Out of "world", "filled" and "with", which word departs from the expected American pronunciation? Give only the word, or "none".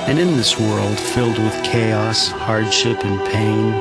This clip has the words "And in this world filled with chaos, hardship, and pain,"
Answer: none